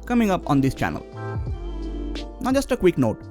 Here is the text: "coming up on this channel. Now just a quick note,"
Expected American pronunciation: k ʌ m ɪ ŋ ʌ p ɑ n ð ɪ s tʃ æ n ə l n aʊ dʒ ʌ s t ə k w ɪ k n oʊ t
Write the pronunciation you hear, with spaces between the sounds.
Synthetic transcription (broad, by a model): k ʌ m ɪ ŋ ʌ p ɑ n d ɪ s tʃ æ n ə l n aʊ dʒ ʌ s t ə k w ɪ k n oʊ t